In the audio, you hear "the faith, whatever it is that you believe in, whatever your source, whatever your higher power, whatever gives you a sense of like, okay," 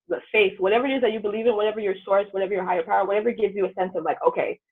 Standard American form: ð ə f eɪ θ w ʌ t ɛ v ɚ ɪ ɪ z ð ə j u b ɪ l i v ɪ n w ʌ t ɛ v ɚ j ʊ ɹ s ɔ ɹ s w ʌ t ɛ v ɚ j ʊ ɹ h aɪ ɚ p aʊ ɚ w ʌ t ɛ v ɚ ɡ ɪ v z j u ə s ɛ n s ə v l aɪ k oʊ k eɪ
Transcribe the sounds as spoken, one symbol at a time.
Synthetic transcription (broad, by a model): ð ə f eɪ θ w ʌ t ɛ v ɚ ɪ ɪ z ð ə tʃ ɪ b ɪ l i v ɪ n w ʌ t ɛ v ɚ j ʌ ɹ s ɔ ɹ s w ʌ t ɛ v ɚ j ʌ ɹ h aɪ ɚ p aʊ ɚ w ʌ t ɛ v ɚ ɡ ɪ v z j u ə s ɛ n s ə v l aɪ k oʊ k eɪ